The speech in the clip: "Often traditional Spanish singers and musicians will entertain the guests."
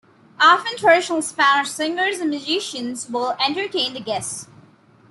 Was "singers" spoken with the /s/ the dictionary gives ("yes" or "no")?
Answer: yes